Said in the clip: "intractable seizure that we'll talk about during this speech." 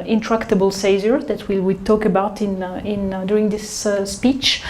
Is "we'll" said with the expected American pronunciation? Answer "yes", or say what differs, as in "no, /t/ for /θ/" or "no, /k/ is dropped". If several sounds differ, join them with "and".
no, /w/ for /l/